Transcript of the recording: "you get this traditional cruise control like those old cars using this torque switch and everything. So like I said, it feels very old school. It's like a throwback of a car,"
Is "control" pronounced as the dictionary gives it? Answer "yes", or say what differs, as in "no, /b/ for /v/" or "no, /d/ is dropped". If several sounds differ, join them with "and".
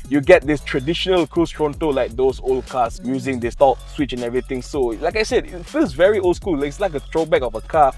no, /ɹ/ is dropped